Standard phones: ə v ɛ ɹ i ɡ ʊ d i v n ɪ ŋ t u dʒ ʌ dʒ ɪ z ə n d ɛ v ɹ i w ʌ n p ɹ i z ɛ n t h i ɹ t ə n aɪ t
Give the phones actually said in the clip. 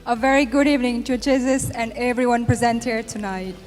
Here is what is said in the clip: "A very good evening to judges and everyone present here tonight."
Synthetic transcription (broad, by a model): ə v ɛ ɹ i ɡ ʊ d i v n ɪ ŋ t u dʒ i z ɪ s ə n d ɛ v ɹ i w ʌ n p ɹ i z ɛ n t h i ɹ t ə n aɪ t